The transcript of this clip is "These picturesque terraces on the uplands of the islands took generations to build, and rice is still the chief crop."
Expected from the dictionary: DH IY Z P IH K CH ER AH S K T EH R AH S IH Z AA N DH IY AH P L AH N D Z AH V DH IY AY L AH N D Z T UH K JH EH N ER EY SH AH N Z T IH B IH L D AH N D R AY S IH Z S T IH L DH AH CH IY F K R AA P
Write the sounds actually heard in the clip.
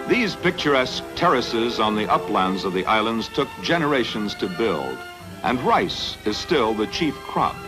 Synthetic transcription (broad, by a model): DH IY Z P IH K CH ER AH S K T EH R AH S IH Z N DH IY AH P L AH N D Z AH V DH IY AY L AH N D Z T UH K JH EH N ER EY SH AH N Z T IH B IH L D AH N R AY S IH Z S T IH L DH AH CH IY F K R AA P